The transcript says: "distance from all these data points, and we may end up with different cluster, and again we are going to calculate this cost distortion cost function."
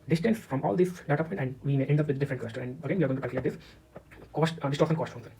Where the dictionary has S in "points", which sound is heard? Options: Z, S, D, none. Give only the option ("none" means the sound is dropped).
none